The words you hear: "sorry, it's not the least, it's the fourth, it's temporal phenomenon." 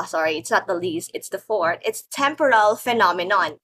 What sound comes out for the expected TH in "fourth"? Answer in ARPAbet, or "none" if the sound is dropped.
T